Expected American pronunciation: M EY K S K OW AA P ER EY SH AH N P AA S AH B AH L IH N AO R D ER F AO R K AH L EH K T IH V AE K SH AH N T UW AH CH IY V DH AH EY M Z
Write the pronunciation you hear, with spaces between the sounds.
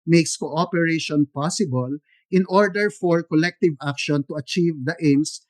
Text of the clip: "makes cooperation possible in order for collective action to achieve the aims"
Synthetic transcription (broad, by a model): M EY K S K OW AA P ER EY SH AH N P AA S AH B AH L IH N AO R D ER F AO R K AH L EH K T IH V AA K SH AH N T UW AH CH IY V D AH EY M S